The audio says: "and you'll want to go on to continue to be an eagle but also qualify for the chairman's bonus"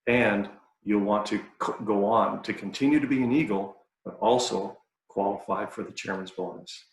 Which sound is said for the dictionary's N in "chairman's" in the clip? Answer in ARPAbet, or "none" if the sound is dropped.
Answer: N